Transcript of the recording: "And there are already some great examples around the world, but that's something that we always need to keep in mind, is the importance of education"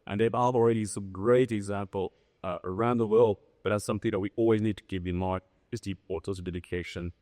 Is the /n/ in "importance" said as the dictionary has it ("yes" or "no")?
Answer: no